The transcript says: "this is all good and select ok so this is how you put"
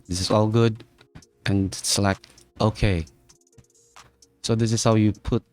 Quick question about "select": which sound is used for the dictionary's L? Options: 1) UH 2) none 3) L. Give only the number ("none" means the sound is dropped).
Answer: 2